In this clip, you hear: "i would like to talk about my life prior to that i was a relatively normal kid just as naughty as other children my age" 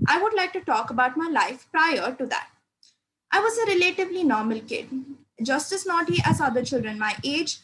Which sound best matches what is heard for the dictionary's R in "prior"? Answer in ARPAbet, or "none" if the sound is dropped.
R